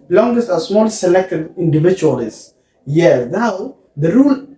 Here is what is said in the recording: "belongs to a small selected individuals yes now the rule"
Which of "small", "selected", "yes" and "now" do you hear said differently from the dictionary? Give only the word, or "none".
yes